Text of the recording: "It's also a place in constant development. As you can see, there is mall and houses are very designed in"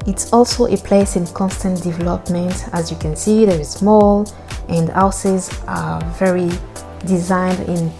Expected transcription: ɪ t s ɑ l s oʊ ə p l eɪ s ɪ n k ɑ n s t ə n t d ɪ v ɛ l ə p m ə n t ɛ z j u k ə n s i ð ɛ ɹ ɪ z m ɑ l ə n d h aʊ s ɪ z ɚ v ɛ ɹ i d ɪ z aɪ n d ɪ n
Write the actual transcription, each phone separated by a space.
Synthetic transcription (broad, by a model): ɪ t s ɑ l s oʊ ə p l eɪ s ɪ n k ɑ n s t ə n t d ɪ v ɛ l ə p m ə n t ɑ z j u k ə n s i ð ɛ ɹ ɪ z m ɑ l ə n d aʊ s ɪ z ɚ v ɛ ɹ i d ɪ z aɪ n d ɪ n